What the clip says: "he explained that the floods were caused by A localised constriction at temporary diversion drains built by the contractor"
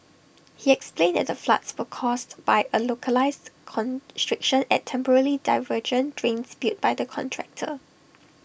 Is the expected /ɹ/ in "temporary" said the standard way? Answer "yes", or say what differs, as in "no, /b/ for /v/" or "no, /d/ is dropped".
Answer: no, /l/ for /ɹ/